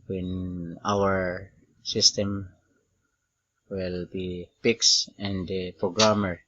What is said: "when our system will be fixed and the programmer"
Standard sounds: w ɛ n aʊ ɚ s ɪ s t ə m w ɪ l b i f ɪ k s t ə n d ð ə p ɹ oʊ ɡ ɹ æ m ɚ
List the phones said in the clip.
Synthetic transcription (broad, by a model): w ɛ n aʊ ɚ s ɪ s t ə m w ɪ l b i p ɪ k s ə n d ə p ɹ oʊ ɡ ɹ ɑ m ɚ